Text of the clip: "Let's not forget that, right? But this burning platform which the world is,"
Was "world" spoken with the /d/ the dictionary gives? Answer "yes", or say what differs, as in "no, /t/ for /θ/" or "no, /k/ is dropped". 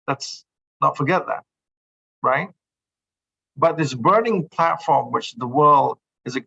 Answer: yes